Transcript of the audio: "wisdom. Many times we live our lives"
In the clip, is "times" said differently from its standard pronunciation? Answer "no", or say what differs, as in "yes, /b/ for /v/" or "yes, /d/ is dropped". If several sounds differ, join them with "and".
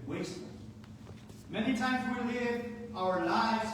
no